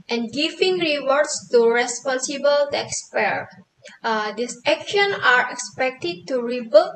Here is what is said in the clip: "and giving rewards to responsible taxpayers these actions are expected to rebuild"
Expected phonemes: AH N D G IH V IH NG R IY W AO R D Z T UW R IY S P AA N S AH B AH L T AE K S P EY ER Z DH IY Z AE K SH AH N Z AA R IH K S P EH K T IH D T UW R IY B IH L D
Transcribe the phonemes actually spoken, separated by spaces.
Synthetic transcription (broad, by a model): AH N G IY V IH NG R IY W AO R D S T UW R IY S P AA N S AH B AH L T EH K S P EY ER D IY S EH K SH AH N AA R IH K S P EH K T IH D T UW R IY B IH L